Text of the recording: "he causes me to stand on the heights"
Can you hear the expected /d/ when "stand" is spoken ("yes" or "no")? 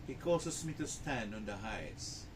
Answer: no